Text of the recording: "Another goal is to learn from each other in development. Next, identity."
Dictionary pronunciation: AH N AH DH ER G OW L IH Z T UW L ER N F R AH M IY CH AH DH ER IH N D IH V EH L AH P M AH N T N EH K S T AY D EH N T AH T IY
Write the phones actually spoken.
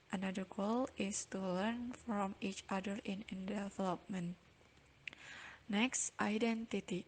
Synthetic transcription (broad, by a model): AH N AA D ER G OW L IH S T UW L ER N F R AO M IY CH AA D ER IH N D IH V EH L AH P M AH N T N EH K S T AY D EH N T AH T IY